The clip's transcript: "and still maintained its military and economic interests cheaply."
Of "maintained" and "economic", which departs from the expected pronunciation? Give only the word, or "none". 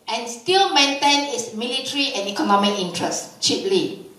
maintained